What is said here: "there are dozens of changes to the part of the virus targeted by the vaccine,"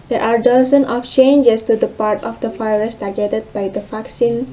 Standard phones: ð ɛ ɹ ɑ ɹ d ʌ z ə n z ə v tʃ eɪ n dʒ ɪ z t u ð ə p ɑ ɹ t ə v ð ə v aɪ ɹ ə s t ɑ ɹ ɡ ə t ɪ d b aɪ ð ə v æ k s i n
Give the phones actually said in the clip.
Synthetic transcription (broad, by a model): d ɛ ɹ ɑ ɹ d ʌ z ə n ə f tʃ eɪ n dʒ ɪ s t u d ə p ɑ ɹ t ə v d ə f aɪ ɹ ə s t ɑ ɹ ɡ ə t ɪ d b aɪ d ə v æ k s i n